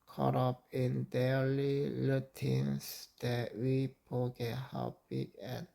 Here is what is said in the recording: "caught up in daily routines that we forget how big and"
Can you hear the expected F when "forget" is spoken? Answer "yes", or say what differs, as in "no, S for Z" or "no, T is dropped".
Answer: no, P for F